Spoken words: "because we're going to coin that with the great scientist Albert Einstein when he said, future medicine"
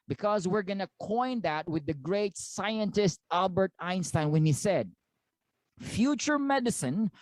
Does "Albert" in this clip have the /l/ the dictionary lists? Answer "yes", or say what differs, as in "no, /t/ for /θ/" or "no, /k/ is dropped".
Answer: yes